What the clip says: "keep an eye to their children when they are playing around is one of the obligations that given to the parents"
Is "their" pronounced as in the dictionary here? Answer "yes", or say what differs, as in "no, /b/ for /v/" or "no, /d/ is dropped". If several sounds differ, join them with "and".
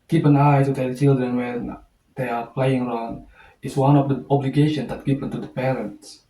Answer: no, /l/ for /ɹ/